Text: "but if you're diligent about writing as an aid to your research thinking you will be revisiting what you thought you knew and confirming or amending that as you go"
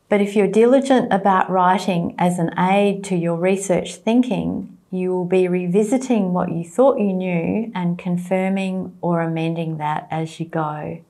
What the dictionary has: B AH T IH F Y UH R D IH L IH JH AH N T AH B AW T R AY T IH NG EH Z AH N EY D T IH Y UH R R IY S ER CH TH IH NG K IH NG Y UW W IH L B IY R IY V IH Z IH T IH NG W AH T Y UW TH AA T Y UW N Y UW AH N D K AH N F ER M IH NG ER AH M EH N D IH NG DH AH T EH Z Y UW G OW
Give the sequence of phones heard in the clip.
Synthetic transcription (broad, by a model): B AH T IH F Y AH R D IH L IH JH AH N T AH B AW T R AY T IH NG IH Z AH N EY D T IH Y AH R R IY S ER CH TH IH NG K IH NG Y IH W IH L B IY R IY V IH Z IH T IH NG W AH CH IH TH AA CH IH N Y UW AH N K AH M F ER M IH NG ER AH M EH N D IH NG DH AH T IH Z Y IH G OW